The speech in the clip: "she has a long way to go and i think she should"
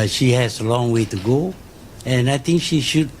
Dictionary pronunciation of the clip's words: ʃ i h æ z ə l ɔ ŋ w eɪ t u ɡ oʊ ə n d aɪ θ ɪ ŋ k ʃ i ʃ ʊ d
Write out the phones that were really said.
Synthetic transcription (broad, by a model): ʃ i h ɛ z ə l ɔ ŋ w eɪ t u ɡ oʊ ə n aɪ t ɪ ŋ k ʃ i ʃ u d